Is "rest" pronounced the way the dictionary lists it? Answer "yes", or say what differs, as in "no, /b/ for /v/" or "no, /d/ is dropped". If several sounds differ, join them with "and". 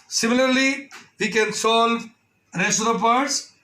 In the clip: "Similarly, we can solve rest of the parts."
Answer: no, /t/ is dropped